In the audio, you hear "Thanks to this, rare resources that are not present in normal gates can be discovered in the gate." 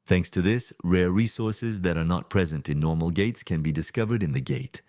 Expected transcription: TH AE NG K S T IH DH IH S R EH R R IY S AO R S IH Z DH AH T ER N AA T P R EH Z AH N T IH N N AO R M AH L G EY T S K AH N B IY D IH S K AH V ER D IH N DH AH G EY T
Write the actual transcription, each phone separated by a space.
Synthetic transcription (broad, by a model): TH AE NG K S T IH DH IH S R EH R R IY S AO R S IH Z DH AH T ER N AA T P R EH Z AH N T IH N N AO R M L G EY T S K AH N B IY D IH S K AH V ER D IH N DH AH G EY T